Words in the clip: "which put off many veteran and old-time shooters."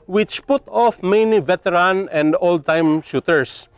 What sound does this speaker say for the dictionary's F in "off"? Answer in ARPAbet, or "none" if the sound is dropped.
F